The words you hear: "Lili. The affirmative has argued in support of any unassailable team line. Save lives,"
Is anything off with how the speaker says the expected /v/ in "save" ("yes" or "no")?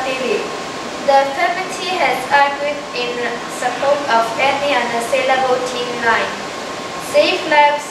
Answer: yes